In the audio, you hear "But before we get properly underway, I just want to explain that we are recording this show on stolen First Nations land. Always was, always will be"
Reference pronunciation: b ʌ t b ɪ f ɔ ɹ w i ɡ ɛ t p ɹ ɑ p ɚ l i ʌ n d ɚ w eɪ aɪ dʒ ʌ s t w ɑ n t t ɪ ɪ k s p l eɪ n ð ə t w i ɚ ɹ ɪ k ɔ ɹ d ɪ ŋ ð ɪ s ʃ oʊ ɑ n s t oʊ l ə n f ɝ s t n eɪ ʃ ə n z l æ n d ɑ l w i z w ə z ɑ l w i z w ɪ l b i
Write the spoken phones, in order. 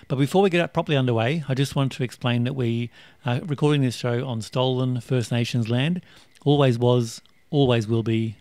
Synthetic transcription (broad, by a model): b ʌ t b ɪ f ɔ ɹ w i ɡ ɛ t p ɹ ɑ p ɚ l i ʌ n d ɚ w eɪ aɪ dʒ ʌ s t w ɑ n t t ɪ ɪ k s p l eɪ n ð ə t w i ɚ ɹ ɪ k ɔ ɹ d ɪ ŋ ð ɪ s ʃ oʊ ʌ n s t oʊ l ə n f ɝ s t n eɪ ʃ ə n z l æ n d ɑ l w i z w ə z ɑ l w i z w ɪ l b i